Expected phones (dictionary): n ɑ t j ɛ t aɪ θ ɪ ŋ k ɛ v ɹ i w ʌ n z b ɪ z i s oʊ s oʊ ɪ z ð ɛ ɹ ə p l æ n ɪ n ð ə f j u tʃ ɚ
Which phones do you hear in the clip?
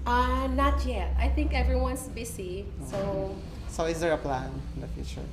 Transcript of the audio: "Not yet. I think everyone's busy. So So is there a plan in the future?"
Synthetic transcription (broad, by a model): n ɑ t j ɛ t aɪ θ ɪ ŋ k ɛ v ɹ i w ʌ n s b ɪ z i s oʊ s oʊ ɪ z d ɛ ɹ ə p l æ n ɪ n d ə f j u tʃ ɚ